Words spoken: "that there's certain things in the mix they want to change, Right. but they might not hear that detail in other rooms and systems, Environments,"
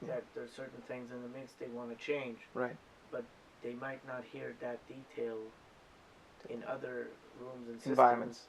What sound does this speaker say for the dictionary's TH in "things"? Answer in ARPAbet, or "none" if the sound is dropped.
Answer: TH